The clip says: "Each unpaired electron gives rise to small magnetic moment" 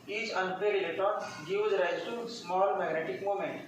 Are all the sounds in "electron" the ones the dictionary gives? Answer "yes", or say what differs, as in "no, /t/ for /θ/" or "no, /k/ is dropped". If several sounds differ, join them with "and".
no, /k/ is dropped and /ɹ/ is dropped